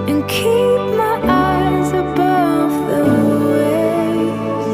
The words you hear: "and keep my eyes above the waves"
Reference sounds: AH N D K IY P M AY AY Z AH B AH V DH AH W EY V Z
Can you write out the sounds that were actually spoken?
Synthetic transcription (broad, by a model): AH N K IY P M AY AY Z AH B AH V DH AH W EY